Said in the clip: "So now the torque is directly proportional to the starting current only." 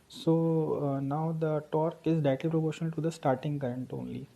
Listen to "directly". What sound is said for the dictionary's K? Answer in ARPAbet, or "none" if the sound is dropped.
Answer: none